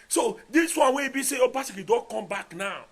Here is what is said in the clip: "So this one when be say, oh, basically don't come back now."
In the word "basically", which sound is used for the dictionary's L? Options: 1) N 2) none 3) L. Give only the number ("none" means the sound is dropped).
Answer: 2